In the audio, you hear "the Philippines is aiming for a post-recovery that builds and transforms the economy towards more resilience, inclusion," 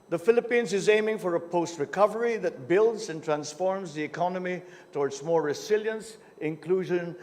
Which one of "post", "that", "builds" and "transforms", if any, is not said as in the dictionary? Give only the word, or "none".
none